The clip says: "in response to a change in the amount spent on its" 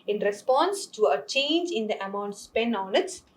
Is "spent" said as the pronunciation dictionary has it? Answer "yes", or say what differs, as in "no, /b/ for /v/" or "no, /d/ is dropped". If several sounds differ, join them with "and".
no, /t/ is dropped